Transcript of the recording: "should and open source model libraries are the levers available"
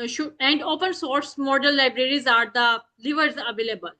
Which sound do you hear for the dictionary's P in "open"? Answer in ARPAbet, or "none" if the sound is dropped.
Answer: P